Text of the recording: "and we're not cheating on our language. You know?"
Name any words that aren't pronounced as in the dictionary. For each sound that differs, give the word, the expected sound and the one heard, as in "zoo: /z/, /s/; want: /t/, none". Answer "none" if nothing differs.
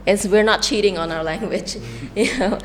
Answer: none